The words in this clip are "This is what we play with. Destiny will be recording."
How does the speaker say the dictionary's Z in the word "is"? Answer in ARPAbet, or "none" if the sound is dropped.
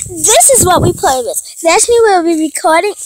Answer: Z